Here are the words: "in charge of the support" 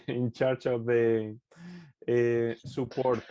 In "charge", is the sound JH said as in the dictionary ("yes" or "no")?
no